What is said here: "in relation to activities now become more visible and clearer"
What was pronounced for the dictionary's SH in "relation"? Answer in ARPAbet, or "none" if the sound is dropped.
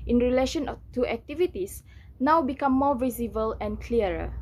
SH